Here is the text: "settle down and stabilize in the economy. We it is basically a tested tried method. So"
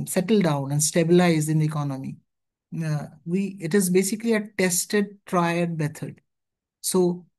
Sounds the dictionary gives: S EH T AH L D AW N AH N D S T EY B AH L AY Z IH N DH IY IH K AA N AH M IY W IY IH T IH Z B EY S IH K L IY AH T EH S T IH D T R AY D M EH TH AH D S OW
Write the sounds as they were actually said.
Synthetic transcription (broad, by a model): S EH T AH L D AW N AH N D S T EY B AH L AY Z IH N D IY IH K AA N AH M IY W IY IH T IH Z B EY S IH K L IY AH T EH S T IH D T R AY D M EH T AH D S OW